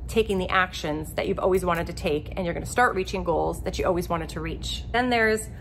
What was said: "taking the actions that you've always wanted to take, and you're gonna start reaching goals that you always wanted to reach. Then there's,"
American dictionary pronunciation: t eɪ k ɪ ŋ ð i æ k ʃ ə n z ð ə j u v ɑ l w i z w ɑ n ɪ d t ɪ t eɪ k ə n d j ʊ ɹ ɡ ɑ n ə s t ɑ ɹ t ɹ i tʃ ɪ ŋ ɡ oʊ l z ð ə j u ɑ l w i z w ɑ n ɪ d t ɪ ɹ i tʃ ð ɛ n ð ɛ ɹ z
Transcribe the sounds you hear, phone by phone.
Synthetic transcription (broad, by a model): t eɪ k ɪ ŋ ð i æ k ʃ ə n z ð ə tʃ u v ɑ l w i z w ɑ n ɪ d t ɪ t eɪ k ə n j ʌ ɹ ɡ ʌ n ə s t ɑ ɹ t ɹ i tʃ ɪ ŋ ɡ oʊ l z ð ə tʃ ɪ ɑ l w i z w ɑ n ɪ d t ɪ ɹ i tʃ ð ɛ n ð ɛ ɹ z